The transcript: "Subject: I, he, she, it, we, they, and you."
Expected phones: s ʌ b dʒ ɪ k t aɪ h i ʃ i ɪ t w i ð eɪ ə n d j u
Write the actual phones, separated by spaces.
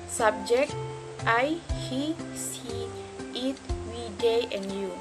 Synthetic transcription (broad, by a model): s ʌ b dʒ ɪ k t aɪ h i s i ɪ t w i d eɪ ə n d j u